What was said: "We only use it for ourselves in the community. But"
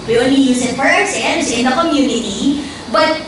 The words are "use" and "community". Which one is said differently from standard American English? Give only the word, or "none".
none